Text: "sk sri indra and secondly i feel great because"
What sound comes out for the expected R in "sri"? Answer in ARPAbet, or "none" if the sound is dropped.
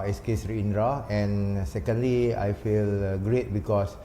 R